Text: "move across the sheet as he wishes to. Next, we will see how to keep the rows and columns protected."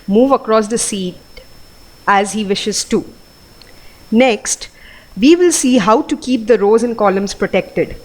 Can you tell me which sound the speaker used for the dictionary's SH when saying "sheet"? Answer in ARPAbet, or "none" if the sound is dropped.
S